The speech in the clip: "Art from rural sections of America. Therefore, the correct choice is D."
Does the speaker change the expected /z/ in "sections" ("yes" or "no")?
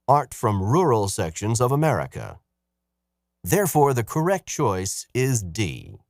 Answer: no